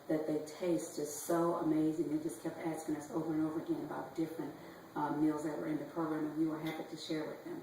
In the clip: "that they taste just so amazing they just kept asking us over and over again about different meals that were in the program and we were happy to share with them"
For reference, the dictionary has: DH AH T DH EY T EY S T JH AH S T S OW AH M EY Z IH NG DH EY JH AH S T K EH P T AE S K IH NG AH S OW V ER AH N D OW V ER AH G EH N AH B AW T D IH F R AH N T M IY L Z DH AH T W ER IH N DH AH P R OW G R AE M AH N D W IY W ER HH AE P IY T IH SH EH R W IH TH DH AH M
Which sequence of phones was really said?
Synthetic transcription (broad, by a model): DH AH T DH EY T EY S T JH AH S S OW AH M EY Z IH NG DH EY JH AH S K EH P T AE S K IH NG AH S OW V ER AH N OW V ER AH G EH N AH B AW T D IH F R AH N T M IY L Z DH AH T W ER IH N DH AH P R OW G R AE M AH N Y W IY W ER HH AE P IY T IH SH EH R W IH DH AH M